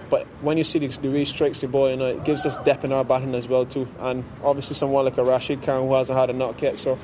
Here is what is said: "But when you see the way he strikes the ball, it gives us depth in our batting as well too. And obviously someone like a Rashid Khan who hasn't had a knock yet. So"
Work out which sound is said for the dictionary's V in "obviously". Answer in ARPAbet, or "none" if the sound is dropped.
V